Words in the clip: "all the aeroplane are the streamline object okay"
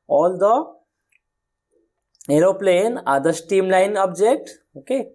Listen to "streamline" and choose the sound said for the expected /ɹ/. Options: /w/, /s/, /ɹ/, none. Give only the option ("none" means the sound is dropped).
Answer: none